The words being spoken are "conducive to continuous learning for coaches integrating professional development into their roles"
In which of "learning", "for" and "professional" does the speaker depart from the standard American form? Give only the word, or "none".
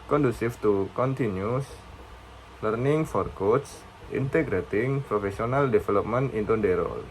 professional